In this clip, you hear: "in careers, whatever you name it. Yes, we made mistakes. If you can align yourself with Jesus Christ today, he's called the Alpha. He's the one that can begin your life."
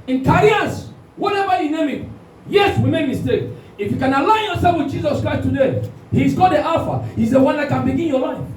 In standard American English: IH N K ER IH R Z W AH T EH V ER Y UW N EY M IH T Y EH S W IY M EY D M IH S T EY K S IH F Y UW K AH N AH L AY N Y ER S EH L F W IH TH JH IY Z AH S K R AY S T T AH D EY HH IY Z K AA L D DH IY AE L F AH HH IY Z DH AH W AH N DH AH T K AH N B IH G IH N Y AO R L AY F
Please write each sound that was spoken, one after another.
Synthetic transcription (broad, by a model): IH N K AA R S W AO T EH V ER Y UW N EY M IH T Y EH S W IY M EY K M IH S T EY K IH F Y UW K AH N AH L AY N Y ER S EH L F W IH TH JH IY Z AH S K R AY S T T AH D EY HH IY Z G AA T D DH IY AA F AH HH IY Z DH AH W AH N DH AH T K AH N B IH G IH N Y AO L AY F